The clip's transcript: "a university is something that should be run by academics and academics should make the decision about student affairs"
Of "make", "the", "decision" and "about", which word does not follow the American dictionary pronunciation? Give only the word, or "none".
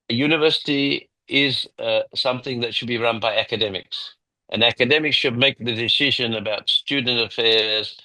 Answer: none